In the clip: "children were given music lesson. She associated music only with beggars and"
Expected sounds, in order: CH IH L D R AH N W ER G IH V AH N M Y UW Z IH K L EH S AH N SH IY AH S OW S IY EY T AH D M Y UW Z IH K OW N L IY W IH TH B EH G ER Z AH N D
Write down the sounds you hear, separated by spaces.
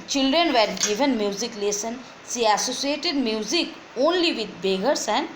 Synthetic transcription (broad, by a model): CH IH L D R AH N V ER G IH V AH N M Y UW Z IH K L EH S AH N S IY AH S OW S IY EY T AH D M Y UW Z IH K OW N L IY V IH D B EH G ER S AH N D